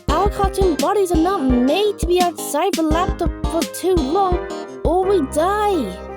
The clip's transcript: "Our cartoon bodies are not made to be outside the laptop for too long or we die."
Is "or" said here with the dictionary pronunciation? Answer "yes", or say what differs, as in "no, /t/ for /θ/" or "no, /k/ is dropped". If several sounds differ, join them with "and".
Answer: no, /l/ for /ɹ/